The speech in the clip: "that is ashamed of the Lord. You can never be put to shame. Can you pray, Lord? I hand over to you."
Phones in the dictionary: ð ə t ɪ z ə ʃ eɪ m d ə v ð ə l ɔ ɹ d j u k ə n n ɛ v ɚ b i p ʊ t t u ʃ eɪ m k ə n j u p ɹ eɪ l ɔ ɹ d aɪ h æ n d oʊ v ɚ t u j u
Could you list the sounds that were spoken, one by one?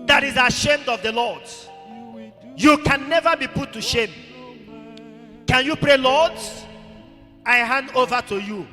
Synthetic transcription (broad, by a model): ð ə t ɪ z ə ʃ eɪ m d ə v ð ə l ɔ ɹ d j u k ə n n ɛ v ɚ b i p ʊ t t u ʃ eɪ m k ə n j u p ɹ eɪ l ɔ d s aɪ h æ n d oʊ v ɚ t u j u